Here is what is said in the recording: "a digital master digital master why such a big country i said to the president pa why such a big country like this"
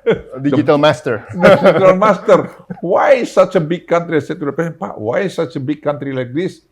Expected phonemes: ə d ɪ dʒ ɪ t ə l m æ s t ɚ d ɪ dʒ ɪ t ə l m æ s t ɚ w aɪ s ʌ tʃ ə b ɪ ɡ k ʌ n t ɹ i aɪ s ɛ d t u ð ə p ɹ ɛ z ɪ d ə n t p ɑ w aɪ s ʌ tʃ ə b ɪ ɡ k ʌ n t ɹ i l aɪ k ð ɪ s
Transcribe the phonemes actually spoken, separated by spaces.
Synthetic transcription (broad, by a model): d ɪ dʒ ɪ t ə l m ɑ s t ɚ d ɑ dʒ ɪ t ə l m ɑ s t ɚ w aɪ s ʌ tʃ ə b ɪ ɡ k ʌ n t ɹ i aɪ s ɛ t u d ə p ɛ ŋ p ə t w aɪ s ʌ tʃ ə b ɪ ɡ k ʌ n t ɹ i l aɪ k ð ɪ s